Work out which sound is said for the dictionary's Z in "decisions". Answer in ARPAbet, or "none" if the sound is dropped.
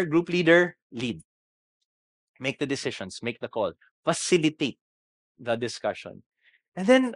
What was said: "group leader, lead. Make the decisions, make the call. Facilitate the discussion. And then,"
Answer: S